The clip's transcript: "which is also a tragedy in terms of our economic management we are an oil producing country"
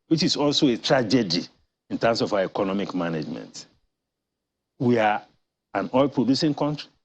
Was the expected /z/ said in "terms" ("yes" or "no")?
no